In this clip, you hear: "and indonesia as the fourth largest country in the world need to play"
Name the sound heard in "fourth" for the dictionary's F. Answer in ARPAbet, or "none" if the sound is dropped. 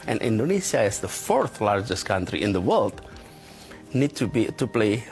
F